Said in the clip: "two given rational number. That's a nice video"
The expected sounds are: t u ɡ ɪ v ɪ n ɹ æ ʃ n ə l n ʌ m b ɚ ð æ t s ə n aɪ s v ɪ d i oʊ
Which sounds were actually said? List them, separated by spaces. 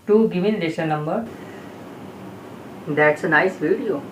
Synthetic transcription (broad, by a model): t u ɡ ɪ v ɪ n l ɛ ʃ ə n ʌ m b ɚ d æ t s ə n aɪ s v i d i oʊ